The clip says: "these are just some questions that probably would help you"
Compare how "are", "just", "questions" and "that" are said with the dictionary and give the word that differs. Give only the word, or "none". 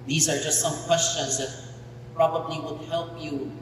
none